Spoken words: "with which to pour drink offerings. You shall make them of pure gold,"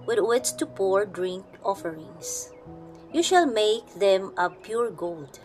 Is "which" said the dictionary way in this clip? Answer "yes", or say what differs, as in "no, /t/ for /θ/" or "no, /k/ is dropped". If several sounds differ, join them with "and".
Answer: no, /s/ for /tʃ/